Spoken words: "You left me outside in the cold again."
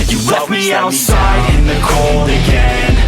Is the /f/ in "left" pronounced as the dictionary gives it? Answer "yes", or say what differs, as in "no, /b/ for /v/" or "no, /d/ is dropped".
no, /f/ is dropped